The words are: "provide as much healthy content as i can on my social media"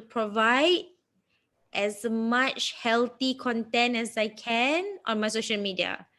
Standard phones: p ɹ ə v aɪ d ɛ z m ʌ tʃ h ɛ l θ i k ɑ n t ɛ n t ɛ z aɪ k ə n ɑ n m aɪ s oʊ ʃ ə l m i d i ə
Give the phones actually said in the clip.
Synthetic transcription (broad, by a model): p ɹ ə v aɪ d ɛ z m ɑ tʃ h ɛ l t i k ɑ n t ɛ n t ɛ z aɪ k ə n ɑ n m aɪ s oʊ ʃ ə l m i d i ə